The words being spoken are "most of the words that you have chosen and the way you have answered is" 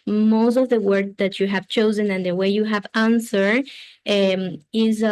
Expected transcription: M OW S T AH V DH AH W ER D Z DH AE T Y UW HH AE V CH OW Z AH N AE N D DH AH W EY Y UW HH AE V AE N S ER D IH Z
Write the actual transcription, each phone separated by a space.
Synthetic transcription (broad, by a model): M OW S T AH V DH AH W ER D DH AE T Y UW HH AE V CH OW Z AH N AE N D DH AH W EY Y UW HH AE V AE N S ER IH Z